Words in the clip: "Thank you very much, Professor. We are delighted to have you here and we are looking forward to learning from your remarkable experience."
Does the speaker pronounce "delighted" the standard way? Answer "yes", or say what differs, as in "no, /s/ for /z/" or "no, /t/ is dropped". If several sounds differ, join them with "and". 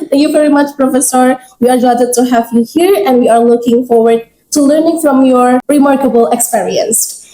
no, /l/ is dropped